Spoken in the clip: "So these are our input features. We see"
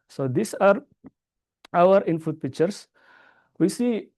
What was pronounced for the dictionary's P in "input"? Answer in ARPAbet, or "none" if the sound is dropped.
F